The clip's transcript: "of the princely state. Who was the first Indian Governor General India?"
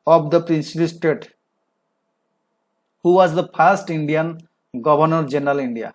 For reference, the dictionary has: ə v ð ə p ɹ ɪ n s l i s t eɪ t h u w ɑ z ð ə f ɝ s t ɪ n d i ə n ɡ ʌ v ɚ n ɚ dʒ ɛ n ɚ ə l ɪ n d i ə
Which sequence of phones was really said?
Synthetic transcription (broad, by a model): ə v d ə p ɹ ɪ n s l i s t eɪ t h u w ɑ z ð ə p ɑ s t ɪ n d i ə n ɡ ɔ b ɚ n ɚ dʒ ɛ n ɚ ə l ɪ n d i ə